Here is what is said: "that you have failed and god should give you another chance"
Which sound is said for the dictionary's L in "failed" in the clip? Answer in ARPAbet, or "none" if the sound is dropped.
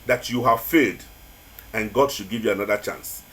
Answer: none